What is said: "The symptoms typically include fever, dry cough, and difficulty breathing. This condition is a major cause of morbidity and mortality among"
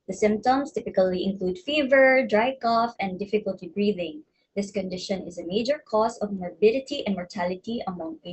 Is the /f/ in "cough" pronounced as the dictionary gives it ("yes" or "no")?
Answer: yes